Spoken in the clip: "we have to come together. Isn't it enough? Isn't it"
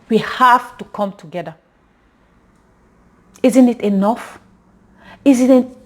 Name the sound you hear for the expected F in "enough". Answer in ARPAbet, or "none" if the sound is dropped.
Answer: F